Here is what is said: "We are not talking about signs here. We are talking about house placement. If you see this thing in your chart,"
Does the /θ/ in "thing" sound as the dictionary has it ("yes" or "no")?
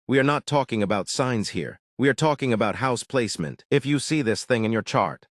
yes